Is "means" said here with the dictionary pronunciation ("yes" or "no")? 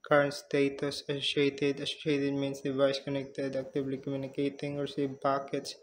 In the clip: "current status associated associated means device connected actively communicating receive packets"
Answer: no